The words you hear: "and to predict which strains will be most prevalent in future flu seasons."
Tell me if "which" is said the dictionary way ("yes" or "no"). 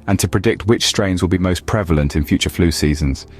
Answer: yes